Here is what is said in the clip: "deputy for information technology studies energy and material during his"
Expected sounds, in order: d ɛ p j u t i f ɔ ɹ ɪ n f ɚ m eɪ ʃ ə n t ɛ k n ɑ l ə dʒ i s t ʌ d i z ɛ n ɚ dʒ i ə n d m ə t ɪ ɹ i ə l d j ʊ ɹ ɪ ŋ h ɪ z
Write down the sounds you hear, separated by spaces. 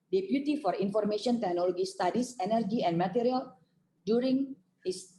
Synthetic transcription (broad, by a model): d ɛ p j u t i f ɔ ɹ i n f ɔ m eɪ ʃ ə n t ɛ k n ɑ l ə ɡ i s t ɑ d i s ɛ n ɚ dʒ i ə n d m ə t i ɹ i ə l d j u ɹ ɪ ŋ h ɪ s